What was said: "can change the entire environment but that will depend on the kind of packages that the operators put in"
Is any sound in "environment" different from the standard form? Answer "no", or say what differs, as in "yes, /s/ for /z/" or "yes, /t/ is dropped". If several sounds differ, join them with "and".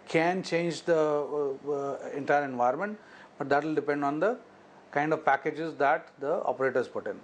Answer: yes, /ɹ/ is dropped